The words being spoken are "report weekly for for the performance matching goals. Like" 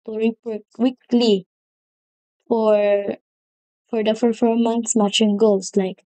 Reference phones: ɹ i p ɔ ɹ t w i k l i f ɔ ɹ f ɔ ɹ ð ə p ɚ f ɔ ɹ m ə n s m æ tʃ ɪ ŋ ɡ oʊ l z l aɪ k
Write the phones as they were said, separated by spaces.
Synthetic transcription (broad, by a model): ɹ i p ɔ w i k l i f ɔ ɹ f ɔ ɹ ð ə f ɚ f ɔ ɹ m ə n s m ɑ tʃ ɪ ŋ ɡ oʊ l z l aɪ k